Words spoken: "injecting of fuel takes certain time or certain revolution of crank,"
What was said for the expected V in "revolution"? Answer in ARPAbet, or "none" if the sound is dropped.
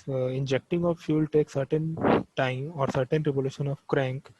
P